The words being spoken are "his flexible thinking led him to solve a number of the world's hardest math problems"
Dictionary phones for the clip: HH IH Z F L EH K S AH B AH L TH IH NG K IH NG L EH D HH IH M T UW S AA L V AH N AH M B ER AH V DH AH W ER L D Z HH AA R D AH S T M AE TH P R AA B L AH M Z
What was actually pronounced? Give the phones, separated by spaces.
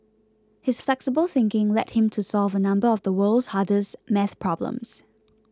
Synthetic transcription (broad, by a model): HH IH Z F L EH K S AH B AH L TH IH NG K IH NG L EH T HH IH M T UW S AA L V AH N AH M B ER AH V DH AH W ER L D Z HH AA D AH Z M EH TH P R AA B L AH M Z